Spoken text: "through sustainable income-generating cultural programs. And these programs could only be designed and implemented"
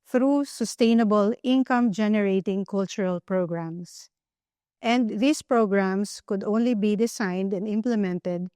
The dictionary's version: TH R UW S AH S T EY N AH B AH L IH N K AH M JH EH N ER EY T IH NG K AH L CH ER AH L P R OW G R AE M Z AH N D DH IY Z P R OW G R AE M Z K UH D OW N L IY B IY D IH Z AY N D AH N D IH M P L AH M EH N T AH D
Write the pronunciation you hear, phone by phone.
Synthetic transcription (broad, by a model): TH R UW S AH S T EY N AH B AH L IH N K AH M JH EH N ER EY T IH NG K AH L CH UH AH L P R OW G R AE M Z AH N D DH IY S P R OW G R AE M S K UH D OW N L IY B IY D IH S AY N D AH N D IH M P L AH M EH N T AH D